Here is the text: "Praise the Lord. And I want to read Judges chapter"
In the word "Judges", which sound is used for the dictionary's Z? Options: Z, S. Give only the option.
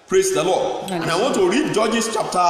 S